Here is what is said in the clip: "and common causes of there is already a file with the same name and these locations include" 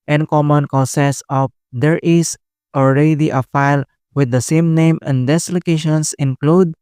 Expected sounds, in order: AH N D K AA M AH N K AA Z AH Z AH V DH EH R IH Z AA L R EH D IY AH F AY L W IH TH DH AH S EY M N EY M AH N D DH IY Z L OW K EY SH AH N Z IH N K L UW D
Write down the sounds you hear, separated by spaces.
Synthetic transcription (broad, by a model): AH N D K AA M AH N K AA S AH S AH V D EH R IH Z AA L R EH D IY AH F AY L W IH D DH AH S EY M N EY M AH N D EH S L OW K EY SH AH N S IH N K L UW D